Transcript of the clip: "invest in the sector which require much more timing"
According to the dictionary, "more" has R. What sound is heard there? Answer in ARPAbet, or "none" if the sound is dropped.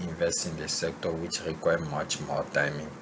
L